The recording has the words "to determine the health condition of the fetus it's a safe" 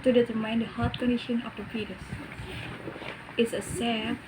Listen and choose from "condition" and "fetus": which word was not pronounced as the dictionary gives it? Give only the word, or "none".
fetus